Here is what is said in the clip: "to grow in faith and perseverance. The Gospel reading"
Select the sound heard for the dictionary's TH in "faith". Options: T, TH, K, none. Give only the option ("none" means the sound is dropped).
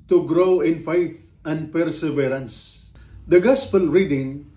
T